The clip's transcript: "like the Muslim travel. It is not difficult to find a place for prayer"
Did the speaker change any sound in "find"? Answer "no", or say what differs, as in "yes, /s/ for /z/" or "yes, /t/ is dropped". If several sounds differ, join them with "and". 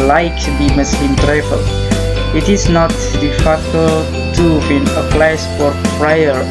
yes, /d/ is dropped